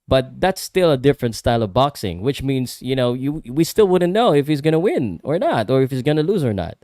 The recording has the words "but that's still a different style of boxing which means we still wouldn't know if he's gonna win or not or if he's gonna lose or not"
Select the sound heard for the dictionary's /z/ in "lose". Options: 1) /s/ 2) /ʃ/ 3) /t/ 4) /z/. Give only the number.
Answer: 4